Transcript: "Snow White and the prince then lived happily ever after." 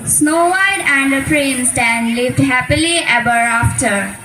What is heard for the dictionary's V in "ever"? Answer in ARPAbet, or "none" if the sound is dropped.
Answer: B